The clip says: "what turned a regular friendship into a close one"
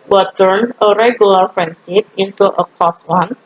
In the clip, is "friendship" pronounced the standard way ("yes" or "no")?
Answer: no